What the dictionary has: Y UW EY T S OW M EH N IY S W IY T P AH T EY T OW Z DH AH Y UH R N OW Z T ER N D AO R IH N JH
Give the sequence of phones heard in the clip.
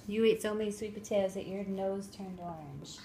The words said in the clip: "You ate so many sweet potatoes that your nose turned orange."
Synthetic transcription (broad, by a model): Y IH EY T S OW M EH N IY S W IY T B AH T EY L Z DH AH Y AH R N OW Z T ER N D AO R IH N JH